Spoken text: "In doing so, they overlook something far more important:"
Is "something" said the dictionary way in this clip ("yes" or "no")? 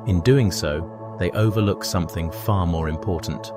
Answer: yes